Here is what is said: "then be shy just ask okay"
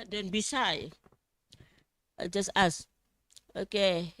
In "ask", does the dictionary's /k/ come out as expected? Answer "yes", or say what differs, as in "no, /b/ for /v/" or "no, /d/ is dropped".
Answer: no, /k/ is dropped